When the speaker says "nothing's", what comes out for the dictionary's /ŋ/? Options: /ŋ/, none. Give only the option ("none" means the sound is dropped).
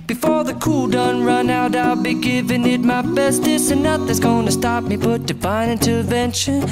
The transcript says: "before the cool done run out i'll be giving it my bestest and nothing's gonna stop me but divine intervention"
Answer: none